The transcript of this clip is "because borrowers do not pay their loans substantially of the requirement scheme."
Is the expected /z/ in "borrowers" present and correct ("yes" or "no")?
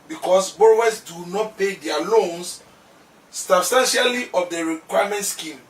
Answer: no